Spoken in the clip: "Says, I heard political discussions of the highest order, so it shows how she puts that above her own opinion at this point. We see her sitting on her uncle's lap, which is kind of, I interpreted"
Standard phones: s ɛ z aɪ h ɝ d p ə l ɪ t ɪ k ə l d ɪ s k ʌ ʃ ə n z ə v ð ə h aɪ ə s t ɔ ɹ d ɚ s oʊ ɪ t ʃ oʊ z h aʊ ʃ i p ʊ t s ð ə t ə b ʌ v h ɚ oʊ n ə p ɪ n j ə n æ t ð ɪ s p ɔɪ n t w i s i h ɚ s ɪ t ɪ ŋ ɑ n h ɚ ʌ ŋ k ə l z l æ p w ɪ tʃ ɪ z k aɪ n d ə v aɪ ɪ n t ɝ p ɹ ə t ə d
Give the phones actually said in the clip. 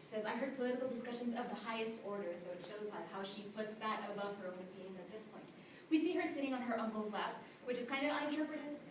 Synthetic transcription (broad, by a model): s ɛ z aɪ h ɝ d p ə l ɪ t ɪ k l d ɪ s k ʌ ʃ ə n z ə v ð ə h aɪ ə s t ɔ ɹ d ɚ s oʊ ɪ t ʃ oʊ z h aʊ ʃ i p ʊ t s ð ə t ə b ʌ v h ɚ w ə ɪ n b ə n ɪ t ð ɪ s p ɔɪ n t w i s i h ɚ s ɪ t ɪ ŋ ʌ n ɚ ʌ ŋ k l z l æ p w ɪ tʃ ɪ z k aɪ n d ə v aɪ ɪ n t ɝ p ɹ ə t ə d